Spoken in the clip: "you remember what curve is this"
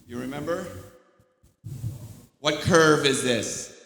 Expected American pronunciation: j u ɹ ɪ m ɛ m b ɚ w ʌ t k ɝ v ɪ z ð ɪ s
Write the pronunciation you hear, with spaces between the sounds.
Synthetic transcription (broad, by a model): j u ɹ ɪ m ɛ m b ɚ w ʌ t k ɝ v ɪ z ð ɪ s